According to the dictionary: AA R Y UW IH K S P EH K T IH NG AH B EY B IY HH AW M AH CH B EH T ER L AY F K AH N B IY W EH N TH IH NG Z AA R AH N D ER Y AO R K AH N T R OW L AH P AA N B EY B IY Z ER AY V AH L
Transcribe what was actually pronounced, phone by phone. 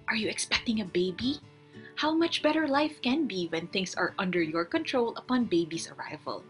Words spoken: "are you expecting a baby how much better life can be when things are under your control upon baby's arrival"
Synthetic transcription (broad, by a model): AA R Y UW IH K S P EH K T IH NG AH B EY B IY HH AW M AH CH B EH T ER L AY F K AH N B IY W EH N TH IH NG S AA R AH N D ER Y AO R K AH N T R OW L AH P AA N B EY B IY S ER AY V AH L